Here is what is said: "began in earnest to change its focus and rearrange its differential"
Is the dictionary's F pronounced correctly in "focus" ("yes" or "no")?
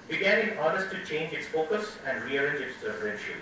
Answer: yes